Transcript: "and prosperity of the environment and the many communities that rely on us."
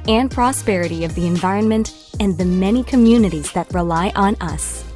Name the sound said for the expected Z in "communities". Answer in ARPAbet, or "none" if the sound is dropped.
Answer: Z